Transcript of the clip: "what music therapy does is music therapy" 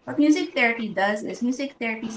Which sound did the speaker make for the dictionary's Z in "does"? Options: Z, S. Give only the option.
Z